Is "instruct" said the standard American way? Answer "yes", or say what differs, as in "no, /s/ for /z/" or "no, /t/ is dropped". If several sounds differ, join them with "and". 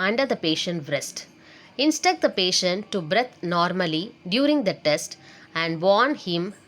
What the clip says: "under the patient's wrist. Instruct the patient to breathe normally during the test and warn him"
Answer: no, /ɹ/ is dropped